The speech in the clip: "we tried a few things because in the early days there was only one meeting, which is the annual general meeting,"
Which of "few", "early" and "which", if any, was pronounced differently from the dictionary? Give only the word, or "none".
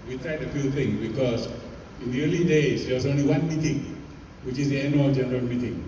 none